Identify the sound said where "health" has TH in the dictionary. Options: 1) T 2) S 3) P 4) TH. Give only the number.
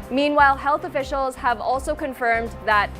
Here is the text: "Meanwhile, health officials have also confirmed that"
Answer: 4